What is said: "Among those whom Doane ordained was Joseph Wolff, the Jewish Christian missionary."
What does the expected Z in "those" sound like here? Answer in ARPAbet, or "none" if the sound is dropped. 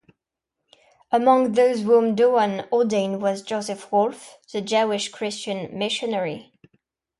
Z